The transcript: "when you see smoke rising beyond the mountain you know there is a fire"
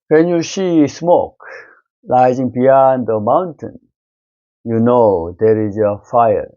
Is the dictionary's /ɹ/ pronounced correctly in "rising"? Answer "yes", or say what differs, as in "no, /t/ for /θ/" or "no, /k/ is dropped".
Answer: no, /l/ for /ɹ/